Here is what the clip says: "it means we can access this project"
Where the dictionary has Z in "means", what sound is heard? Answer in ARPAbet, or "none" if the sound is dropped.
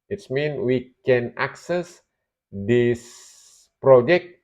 none